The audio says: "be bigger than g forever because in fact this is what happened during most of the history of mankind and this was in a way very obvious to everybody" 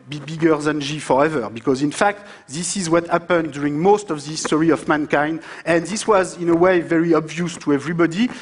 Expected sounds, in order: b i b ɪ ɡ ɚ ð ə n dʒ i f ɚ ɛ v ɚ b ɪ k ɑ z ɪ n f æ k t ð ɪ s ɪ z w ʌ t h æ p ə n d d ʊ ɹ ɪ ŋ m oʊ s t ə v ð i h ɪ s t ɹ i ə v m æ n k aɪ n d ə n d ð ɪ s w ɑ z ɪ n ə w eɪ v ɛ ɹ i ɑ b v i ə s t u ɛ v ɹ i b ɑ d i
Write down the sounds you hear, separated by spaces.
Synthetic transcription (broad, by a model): b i b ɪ ɡ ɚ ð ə n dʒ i f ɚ ɛ v ɚ b ɪ k ɑ z ɪ n f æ k t ð ɪ s ɪ z w ʌ t h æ p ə n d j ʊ ɹ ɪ ŋ m oʊ s t ə v ð i s t ɹ i ə v m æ n k aɪ n d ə n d ð ɪ s w ɑ z ɪ n ə w eɪ v ɛ ɹ i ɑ b v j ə s t u ɛ v ɹ i b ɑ d i